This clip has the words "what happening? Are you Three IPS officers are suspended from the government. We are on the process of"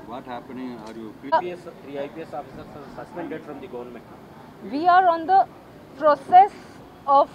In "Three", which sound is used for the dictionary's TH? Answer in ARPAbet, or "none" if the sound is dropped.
S